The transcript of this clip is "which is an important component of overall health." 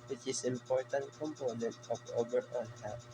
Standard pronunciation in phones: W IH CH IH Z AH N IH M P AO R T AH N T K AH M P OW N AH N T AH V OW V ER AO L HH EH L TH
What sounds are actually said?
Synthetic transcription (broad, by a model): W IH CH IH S IH M P AO R T AH N T K AH M P OW N AH N T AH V OW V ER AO N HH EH